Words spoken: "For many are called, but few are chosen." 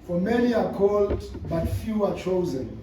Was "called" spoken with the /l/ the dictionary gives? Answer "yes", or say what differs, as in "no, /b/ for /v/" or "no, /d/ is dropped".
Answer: yes